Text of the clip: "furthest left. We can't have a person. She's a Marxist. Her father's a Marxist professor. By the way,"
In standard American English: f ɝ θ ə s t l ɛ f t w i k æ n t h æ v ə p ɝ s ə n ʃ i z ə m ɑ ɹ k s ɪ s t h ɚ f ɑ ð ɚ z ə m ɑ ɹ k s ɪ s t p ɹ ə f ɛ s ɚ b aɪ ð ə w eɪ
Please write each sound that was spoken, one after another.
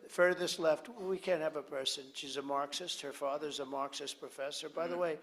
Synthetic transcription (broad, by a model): f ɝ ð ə s t l ɛ f t w i k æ n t h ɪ v ə p ɝ s ə n ʃ i z ə m ɑ ɹ k s ɪ s t h ɚ f ɑ ð ɚ z ə m ɑ ɹ k s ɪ s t p ɹ ə f ɛ s ɚ b aɪ ð ə w eɪ